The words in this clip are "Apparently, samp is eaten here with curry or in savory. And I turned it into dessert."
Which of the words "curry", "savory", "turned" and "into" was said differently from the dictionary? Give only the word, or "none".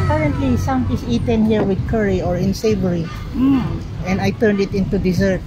none